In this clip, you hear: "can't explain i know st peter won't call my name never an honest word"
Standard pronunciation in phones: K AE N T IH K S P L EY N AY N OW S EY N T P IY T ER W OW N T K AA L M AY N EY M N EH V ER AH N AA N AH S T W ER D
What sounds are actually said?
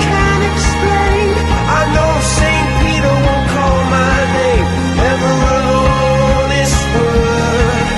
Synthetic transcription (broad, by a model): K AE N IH K S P L EY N AY N OW S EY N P IY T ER W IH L K AA L M AY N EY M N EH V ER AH L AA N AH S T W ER